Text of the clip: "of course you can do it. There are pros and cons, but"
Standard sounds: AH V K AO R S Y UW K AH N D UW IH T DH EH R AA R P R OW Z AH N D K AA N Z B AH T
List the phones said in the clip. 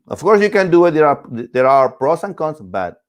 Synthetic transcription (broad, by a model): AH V K AO R S Y UW K AH N D UW IH T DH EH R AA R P R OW S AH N K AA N S B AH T